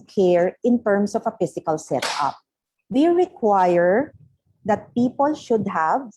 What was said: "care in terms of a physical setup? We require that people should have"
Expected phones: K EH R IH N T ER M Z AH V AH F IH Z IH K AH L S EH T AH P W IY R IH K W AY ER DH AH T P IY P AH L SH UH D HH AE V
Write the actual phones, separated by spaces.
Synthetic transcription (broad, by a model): K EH R IH N T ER M S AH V AH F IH S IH K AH L S EH T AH P W IY R IH K W AY ER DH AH T P IY P AH L SH UH D HH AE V